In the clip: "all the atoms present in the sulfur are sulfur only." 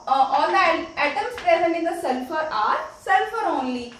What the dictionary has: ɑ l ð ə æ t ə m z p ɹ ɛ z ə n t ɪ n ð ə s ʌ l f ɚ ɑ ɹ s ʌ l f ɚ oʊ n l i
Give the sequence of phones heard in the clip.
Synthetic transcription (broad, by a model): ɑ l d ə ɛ t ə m s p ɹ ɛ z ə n ɪ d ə s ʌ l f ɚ ɑ ɹ s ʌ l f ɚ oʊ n l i